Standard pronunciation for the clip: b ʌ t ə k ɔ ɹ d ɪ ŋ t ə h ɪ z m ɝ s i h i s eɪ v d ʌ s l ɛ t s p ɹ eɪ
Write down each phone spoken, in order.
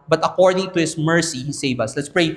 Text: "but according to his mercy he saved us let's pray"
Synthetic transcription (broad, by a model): b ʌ t ə k ɔ ɹ d ɪ ŋ t ə h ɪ s m ɝ s i h i s eɪ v ʌ s l ɛ t s p ɹ eɪ